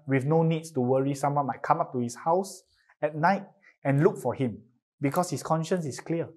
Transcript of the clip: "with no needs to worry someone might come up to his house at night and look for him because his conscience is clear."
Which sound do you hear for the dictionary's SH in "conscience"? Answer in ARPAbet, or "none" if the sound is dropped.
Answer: SH